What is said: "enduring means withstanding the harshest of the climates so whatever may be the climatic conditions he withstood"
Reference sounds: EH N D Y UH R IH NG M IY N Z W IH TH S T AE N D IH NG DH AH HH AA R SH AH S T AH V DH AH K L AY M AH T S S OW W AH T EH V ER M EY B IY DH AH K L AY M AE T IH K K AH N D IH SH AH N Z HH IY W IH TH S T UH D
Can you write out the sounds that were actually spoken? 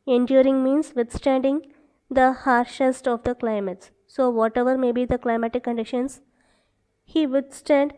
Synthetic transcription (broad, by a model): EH N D Y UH R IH NG M IY N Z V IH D S T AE N D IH NG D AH HH AA R SH AH S T AH V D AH K L AY M AH T S S OW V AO T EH V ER M EY B IY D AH K L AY M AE T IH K K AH N D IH SH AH N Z HH IY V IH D S T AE D